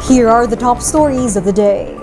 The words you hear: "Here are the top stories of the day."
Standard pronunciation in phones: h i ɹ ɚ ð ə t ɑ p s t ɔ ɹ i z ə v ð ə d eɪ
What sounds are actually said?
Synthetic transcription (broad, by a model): h i ɹ ɚ ð ə t ɑ p s t ɔ ɹ i z ə v ð ə d eɪ